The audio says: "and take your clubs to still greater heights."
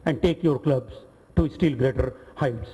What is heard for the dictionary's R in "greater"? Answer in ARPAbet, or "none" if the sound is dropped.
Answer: R